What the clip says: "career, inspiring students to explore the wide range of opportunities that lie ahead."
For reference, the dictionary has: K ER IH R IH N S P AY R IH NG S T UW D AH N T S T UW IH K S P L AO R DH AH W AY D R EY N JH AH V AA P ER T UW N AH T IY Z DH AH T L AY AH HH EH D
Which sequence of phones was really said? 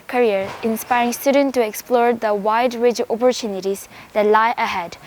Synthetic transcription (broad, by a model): K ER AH R IH N S P AY R IH NG S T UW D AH N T T UW IH K S P L AO R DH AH W AY D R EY JH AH P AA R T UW N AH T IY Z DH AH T L AY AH HH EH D